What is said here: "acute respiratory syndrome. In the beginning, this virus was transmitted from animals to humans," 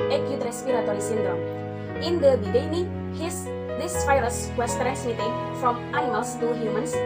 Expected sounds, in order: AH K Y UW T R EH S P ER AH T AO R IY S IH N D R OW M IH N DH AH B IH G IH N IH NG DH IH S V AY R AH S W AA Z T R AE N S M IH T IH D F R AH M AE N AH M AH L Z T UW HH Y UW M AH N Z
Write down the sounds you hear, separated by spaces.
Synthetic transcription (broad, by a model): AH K Y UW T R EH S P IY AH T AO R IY S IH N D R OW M IH N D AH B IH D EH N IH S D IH S F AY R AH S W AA S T R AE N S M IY T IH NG F R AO M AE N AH M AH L S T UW HH Y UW M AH N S